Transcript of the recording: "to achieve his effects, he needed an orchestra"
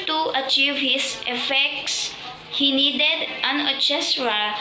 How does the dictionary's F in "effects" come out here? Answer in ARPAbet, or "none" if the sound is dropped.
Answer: F